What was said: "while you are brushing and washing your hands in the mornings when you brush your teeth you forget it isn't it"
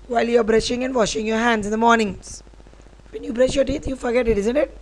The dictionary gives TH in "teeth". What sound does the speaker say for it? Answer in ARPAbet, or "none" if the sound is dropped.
T